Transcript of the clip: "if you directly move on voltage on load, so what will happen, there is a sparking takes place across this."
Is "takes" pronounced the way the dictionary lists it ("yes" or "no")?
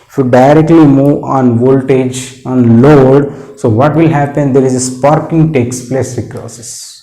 yes